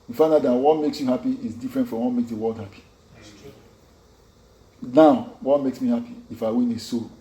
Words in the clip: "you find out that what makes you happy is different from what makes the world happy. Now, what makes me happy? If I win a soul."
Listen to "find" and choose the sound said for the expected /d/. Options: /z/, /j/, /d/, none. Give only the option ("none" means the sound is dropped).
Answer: none